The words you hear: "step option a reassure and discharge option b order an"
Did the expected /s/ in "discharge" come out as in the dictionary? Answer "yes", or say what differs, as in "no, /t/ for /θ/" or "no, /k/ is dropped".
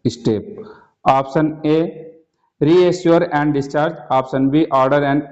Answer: yes